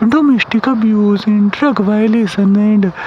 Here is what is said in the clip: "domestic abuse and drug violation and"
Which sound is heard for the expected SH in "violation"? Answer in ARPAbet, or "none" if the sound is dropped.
S